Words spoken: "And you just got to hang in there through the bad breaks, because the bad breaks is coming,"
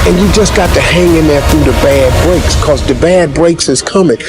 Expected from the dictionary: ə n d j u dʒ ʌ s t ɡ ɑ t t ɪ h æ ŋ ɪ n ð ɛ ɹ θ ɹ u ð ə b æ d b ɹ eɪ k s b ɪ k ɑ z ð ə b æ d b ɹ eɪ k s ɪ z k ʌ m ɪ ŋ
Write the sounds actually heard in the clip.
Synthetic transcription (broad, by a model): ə n j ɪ dʒ ʌ s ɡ ɑ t t ɪ h æ ŋ ɪ n ð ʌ ɹ θ ɹ u ð ə b æ d b ɹ eɪ k s k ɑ z ð ə b æ d b ɹ eɪ k s ɪ z k ʌ m ɪ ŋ